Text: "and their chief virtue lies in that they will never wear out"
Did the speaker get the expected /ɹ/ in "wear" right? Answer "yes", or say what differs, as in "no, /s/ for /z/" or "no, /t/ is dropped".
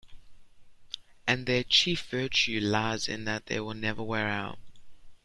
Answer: yes